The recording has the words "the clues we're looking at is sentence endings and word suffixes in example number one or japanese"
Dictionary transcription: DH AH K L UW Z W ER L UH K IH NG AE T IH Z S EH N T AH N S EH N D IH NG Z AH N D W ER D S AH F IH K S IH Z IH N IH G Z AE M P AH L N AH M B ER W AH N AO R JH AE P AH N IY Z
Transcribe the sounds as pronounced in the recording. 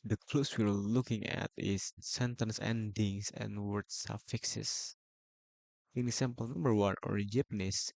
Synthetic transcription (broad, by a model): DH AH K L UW S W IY L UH K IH NG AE T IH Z S EH N T AH N S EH N D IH NG S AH N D W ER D S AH F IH K S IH S IH N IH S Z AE M P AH L N AH M B ER W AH N AO R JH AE P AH N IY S